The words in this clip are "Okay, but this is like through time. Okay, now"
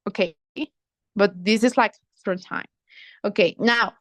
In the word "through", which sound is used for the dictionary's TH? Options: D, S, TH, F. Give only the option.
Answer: F